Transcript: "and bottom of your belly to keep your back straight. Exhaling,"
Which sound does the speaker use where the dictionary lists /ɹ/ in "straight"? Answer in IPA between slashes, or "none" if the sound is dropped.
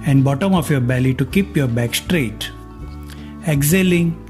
/ɹ/